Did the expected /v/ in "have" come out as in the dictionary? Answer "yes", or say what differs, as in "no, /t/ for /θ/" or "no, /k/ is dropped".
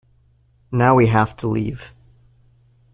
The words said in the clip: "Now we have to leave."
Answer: no, /f/ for /v/